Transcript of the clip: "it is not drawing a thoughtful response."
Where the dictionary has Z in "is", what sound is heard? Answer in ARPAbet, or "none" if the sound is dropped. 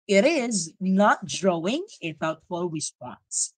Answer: Z